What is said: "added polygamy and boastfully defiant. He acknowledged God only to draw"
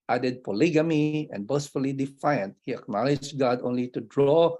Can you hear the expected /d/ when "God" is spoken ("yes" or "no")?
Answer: yes